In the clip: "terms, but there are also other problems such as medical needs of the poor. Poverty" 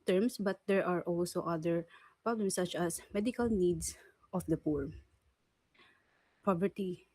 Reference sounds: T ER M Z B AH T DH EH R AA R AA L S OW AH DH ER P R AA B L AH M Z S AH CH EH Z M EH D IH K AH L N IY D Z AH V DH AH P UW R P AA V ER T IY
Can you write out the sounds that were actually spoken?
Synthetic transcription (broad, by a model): T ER M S B AH T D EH R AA R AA L S OW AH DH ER P R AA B L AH M S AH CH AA S M EH D IH K AH L N IY D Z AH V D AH P UW R P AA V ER T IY